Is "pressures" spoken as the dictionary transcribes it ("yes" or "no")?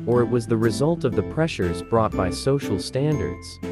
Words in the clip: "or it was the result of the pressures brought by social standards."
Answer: yes